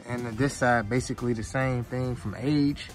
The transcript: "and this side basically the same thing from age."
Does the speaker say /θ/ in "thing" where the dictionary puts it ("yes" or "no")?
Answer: yes